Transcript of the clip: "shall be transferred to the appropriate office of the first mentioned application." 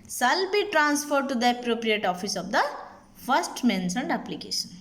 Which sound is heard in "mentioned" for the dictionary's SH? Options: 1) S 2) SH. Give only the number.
1